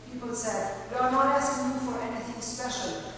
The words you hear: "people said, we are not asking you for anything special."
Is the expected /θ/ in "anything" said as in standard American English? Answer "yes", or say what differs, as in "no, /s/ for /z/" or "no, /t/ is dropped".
yes